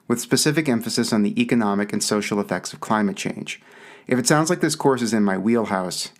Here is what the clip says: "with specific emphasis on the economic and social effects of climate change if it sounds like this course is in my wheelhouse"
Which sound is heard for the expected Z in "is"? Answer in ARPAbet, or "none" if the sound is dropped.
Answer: Z